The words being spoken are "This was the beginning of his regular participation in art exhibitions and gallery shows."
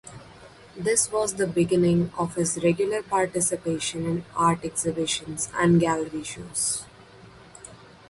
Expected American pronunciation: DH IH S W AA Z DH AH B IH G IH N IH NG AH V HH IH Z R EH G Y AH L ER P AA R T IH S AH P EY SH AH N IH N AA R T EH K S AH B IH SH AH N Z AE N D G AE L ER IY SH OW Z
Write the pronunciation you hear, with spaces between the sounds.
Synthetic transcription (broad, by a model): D IH S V AA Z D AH B IH G IH N IH NG AH V HH IH Z R EH G Y AH L ER P AA R T IH S AH P EY SH AH N IH N AA R T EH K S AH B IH SH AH N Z AE N D G AE L ER IY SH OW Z